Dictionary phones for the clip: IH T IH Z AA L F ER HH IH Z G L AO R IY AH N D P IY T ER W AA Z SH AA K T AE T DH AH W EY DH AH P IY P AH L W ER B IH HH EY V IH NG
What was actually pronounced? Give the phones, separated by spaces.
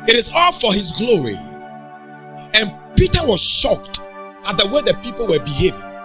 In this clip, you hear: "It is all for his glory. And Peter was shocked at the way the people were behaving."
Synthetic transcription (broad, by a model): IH T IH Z AA L F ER HH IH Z G L AO R IY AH N P IY T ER W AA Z SH AA K T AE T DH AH W EY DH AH P IY P AH L W ER B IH HH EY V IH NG